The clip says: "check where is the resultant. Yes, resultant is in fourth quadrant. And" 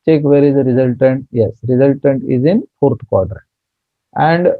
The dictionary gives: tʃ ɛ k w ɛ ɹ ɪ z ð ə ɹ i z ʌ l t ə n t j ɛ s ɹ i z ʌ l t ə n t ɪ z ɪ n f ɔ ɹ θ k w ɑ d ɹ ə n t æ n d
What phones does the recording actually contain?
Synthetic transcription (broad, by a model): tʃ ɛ k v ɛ ɹ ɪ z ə ɹ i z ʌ l t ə n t j ɛ s ɹ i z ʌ l t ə n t ɪ z ɪ n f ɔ ɹ t k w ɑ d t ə t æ n d